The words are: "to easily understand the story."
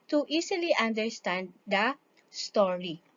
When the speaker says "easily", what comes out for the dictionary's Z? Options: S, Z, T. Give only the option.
S